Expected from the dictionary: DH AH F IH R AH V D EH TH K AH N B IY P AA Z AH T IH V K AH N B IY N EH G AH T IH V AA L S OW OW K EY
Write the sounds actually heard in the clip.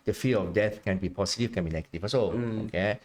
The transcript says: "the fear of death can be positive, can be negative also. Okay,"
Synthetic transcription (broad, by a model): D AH F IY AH F D EH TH K AH N B IY P AA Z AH T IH F K AH N B IY N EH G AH T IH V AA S OW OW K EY